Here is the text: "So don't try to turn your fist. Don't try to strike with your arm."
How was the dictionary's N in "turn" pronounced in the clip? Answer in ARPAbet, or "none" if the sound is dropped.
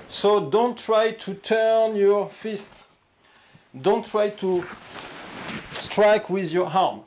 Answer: N